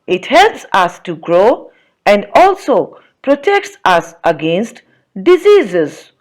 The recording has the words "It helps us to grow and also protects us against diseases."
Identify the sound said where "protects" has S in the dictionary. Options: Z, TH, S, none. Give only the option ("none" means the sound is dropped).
S